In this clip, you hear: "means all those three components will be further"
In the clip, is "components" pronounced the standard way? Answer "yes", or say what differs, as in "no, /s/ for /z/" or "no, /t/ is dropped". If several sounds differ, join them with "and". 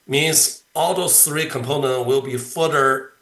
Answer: no, /s/ is dropped